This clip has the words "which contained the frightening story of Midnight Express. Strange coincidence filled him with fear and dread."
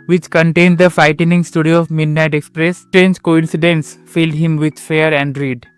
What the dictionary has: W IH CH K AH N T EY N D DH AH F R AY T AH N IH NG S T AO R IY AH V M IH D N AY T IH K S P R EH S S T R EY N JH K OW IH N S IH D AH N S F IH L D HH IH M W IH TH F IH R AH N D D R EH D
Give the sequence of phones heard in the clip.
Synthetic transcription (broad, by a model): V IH CH K AH N T EY N D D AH F AY T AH N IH NG S T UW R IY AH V M IH D N AY T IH K S P R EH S S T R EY N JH K OW IH N S IH D AH N S F IH L D HH IH M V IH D F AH R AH N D D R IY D